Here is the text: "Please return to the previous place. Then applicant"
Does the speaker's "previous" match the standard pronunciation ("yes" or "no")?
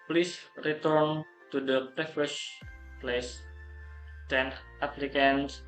no